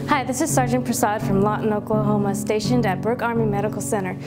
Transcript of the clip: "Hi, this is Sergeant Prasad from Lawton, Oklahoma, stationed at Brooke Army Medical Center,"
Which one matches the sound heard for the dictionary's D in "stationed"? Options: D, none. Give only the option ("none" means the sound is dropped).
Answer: D